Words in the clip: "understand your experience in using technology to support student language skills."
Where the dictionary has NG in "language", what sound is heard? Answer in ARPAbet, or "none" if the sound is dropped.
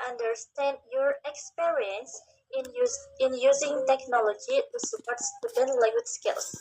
none